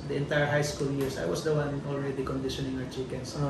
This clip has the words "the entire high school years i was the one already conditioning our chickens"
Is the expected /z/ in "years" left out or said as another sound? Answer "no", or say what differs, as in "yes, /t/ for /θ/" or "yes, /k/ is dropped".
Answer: yes, /s/ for /z/